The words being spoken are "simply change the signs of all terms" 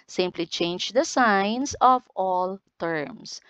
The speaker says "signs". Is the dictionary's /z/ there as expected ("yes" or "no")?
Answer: no